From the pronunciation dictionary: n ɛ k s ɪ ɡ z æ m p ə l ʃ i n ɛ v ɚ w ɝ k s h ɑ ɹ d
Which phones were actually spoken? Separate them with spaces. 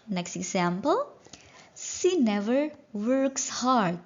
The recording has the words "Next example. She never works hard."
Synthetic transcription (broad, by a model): n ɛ k s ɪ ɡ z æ m p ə l s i n ɛ v ɚ w ɝ k s h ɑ ɹ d